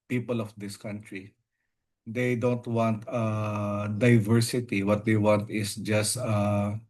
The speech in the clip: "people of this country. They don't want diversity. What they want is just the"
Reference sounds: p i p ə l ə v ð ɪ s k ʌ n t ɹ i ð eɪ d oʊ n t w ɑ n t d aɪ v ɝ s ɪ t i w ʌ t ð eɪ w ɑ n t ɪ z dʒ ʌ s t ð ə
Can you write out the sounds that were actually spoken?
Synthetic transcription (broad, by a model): p i p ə l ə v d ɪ s k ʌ n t ɹ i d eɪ d oʊ n t w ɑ n t d aɪ v ɝ s ɪ t i w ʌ t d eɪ w ɑ n t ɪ s dʒ ʌ s t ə